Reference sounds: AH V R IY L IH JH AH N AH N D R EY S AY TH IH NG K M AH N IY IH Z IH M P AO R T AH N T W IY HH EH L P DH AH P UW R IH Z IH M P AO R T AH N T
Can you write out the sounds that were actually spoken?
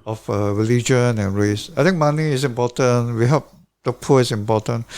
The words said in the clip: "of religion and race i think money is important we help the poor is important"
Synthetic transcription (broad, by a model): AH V R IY L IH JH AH N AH N R EY S AY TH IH NG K M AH N IY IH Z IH M P AO T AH N W IY HH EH P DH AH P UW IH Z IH M P AO T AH N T